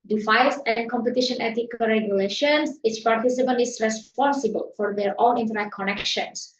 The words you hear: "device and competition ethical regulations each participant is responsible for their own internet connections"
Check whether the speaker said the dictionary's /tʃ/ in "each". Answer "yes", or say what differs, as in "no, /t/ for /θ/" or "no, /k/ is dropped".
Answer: no, /s/ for /tʃ/